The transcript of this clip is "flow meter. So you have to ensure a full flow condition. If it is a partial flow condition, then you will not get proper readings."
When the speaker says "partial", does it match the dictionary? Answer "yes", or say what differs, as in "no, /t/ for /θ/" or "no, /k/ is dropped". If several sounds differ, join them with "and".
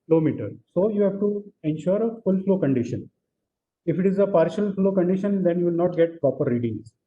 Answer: yes